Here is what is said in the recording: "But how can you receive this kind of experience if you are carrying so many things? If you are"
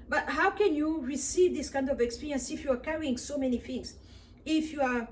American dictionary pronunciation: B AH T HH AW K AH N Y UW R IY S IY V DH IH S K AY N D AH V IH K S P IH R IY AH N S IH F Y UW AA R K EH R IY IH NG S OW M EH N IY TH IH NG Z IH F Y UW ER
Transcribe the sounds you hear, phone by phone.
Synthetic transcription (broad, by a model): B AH T HH AW K AH N Y UW R IY S IY V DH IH S K AY N D AH V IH K S P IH R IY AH N S IH F Y UW AA R K EH R IY IH NG S OW M EH N IY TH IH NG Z IH F Y UW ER